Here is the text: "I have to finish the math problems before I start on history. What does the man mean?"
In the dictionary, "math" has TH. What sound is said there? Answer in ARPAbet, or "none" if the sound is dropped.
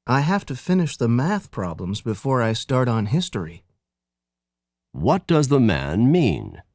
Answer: TH